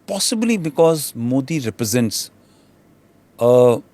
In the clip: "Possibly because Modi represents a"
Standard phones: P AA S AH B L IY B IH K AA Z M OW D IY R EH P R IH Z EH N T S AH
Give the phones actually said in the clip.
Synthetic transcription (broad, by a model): P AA S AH B L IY B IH K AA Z M OW D IY R EH P R IH Z EH N T S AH